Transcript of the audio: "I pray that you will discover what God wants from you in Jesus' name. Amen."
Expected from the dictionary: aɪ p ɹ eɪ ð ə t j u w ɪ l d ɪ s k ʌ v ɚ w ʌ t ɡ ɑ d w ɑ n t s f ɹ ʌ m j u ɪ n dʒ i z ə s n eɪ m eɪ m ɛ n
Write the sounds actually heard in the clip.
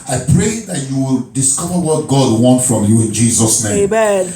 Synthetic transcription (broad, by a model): aɪ p ɹ eɪ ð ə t j u w ɪ l d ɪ s k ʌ v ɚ w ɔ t ɡ ɑ d w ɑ n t f ɹ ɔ m j u ɪ n dʒ i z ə s n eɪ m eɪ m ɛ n